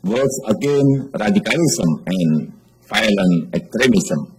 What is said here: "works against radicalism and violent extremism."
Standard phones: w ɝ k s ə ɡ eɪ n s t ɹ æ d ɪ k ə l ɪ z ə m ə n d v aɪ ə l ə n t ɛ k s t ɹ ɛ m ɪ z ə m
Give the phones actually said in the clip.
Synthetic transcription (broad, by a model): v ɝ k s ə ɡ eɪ n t ɹ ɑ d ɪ k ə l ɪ s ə m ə n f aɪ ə l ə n ɛ k s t ɹ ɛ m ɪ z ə m